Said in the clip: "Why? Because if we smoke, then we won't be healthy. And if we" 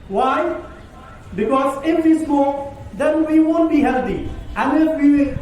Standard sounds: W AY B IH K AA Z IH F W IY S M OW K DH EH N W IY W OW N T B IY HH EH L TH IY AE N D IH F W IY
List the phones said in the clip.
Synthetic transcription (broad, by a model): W AY B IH K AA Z IH F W IY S M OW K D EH N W IY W OW N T B IY HH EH L T IY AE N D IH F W IY